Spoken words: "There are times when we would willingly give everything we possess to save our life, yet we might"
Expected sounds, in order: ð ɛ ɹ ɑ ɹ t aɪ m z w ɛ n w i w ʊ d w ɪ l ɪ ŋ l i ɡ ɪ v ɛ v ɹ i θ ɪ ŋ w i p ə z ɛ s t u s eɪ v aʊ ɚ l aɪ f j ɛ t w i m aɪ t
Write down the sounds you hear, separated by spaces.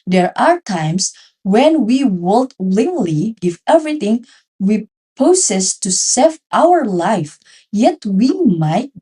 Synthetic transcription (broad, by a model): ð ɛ ɹ ɑ ɹ t aɪ m s w ɛ n w i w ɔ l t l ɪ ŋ l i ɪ f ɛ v ɹ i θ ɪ ŋ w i p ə s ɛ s t u s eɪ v aʊ ɚ l aɪ f j ɛ t w i m aɪ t